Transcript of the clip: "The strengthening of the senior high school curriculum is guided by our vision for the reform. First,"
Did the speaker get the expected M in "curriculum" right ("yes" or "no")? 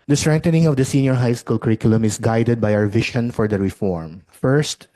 yes